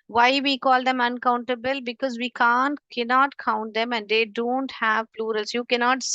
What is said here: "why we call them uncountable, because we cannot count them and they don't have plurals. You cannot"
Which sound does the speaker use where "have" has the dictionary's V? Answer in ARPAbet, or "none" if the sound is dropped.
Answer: V